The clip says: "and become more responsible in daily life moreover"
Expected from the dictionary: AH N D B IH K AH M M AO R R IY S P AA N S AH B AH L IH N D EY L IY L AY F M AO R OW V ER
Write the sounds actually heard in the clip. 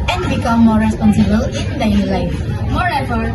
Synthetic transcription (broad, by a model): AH N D B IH K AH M M AO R R IY S P AA N S AH B AH L IH N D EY N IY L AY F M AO R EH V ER